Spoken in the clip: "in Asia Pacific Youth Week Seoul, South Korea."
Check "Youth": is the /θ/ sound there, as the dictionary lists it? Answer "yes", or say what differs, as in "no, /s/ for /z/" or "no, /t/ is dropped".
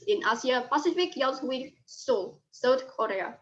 no, /s/ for /θ/